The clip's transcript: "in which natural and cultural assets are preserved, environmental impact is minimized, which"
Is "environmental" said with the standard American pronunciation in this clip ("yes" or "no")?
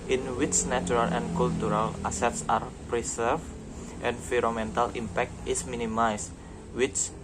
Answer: no